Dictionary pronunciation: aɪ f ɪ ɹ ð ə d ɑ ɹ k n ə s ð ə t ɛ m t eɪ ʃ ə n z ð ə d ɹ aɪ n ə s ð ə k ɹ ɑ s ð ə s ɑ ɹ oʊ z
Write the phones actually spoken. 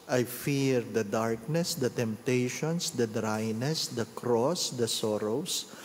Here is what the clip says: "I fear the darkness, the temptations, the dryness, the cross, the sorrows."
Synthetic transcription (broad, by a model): aɪ f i ɹ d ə d ɑ ɹ k n ə s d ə t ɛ m t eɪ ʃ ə n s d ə d ɹ aɪ n ə s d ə k ɹ ɑ s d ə s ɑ ɹ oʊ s